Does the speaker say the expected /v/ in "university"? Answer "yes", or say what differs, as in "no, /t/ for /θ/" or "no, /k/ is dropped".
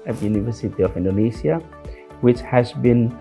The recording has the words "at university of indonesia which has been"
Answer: yes